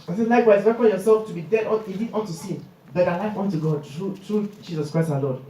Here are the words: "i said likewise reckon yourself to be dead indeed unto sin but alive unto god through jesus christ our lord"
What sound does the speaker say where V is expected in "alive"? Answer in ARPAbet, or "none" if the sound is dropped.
W